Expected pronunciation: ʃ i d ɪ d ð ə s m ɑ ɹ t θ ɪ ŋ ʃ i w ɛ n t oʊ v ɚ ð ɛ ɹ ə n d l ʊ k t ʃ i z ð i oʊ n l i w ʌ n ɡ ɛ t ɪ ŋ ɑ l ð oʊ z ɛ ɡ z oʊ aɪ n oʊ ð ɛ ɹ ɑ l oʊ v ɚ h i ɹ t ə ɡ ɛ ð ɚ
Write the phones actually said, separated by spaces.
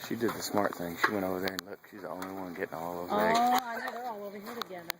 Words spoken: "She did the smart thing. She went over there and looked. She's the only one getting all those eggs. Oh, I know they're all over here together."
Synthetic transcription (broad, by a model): ʃ i d ɪ d ð ə s m ɑ ɹ t θ ɪ ŋ ʃ i w ɛ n t oʊ v ɚ ð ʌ ɹ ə n l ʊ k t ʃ i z ð i oʊ n l i w ʌ n ɡ ɛ t ɪ ŋ ɑ l oʊ ʊ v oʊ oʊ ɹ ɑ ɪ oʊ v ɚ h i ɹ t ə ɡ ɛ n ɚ